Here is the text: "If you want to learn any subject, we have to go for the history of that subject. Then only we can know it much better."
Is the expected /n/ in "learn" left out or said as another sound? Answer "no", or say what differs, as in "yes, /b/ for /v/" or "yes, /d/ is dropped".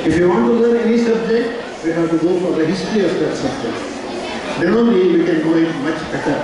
yes, /n/ is dropped